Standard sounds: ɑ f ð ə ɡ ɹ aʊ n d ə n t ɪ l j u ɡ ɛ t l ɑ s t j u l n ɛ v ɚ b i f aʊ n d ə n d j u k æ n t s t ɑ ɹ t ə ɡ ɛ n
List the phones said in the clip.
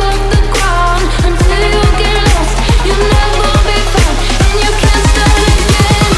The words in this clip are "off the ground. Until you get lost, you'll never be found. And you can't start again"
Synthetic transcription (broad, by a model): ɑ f ð ə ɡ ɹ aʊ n ə n t ɪ l j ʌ ɡ ɛ t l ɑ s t j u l n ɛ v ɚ b i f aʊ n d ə n j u k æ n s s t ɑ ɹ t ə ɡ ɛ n